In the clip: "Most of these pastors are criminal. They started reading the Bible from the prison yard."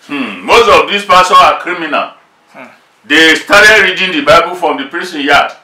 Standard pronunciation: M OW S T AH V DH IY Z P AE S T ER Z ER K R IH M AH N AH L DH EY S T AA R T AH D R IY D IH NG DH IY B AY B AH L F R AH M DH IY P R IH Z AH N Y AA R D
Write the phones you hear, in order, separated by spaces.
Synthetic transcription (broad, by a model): M OW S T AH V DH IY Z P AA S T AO AA K R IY M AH N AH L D EY S T AA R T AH D R IY D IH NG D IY B AY B AH L F R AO M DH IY P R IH S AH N Y AA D